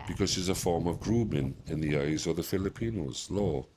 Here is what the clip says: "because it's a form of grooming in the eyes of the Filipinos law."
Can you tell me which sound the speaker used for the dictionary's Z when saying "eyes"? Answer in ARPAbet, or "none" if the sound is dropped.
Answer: Z